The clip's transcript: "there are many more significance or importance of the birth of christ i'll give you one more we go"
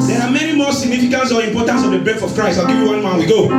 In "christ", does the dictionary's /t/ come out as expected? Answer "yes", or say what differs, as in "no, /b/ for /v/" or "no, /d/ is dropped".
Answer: no, /t/ is dropped